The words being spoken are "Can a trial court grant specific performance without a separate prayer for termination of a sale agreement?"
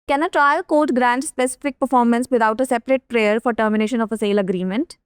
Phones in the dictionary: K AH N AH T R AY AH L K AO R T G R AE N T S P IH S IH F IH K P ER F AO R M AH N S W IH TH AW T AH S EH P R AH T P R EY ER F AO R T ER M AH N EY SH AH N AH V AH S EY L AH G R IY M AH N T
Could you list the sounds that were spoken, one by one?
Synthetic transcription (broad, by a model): K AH N AH T R AY AH L K AO R T G R AE N T S P IH S IH F IH K P ER F AO R M AH N S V IH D AW T AH S EH P R AH T P R EY ER F AO R T ER M AH N EY SH AH N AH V AH S EY L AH G R IY M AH N T